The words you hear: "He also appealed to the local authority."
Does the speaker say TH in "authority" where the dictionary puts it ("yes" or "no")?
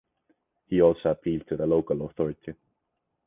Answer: yes